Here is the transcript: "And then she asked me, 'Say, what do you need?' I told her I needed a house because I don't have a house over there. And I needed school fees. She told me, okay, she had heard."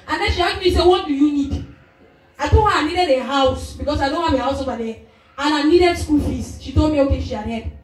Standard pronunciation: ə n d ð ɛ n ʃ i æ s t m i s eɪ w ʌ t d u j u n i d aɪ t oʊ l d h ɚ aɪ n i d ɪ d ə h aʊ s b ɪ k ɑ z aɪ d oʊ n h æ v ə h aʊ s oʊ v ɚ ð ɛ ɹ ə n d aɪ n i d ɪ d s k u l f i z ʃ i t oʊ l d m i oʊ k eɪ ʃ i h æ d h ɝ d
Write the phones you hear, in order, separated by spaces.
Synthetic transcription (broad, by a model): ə n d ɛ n ʃ i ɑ t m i s eɪ w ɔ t d u j u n i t aɪ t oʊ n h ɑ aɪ n i d ɪ d ə h aʊ s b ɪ k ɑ s aɪ d oʊ n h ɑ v ə h aʊ s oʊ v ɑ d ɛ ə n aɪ n i d ɪ d s k u l f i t ʃ i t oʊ m i oʊ k eɪ ʃ i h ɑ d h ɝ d